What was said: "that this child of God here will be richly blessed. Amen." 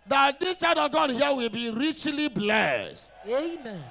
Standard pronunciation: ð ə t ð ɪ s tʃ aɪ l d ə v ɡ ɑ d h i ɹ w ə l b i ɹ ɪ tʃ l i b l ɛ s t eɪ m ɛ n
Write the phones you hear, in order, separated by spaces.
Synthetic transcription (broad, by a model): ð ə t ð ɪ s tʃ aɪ d ə v ɡ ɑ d h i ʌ w ə l b i ɹ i tʃ l i b l ɛ s t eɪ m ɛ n